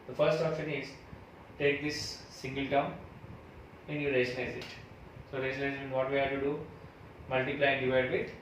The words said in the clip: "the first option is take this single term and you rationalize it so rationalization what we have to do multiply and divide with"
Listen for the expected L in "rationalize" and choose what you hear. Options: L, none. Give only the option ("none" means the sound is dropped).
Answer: none